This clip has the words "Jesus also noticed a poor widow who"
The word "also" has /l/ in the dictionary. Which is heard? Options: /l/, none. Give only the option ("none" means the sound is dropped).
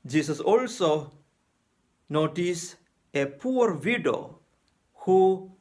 /l/